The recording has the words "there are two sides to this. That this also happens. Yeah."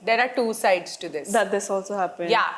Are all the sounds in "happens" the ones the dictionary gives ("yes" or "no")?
no